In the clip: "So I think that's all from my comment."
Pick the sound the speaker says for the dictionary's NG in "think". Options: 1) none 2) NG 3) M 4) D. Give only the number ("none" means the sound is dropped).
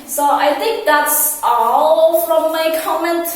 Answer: 2